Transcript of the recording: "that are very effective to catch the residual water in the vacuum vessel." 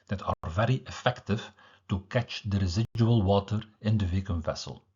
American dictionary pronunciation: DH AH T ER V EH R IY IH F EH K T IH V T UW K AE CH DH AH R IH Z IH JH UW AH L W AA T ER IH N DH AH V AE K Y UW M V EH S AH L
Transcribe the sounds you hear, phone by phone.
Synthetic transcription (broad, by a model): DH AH T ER V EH R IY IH F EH K T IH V T UW K AE CH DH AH R IH Z IH JH UW AH L W AA T ER IH N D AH V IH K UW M V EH S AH L